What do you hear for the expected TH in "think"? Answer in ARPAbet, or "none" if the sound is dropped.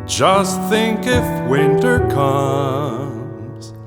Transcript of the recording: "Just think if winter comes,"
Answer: TH